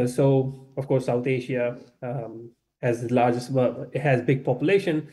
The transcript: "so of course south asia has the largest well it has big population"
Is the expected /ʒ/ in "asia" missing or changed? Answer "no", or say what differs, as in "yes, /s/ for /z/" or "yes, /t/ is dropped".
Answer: yes, /ʃ/ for /ʒ/